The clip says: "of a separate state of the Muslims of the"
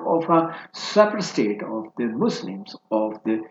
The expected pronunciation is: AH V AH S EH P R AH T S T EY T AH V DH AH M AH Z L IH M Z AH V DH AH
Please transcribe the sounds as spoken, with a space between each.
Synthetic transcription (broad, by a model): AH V AH S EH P AH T S T EY T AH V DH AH M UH S L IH M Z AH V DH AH